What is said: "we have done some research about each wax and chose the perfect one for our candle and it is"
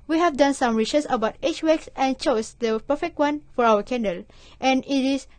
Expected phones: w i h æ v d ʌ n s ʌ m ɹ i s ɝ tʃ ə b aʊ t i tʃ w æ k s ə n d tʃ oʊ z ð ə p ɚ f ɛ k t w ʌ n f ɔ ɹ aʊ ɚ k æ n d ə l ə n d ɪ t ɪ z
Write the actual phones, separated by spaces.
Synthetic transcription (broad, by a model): w i h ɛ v d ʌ n s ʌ m ɹ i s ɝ s ə b aʊ t i tʃ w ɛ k s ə n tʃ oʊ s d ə p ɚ f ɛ k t w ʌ n f ɔ ɹ aʊ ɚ k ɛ n d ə l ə n ɪ t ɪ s